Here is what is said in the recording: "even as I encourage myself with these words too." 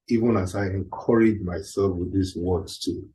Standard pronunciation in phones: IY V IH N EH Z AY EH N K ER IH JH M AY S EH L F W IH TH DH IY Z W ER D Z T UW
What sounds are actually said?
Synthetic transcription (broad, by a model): IY V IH N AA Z AY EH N K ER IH JH M AY S EH L F W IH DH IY S W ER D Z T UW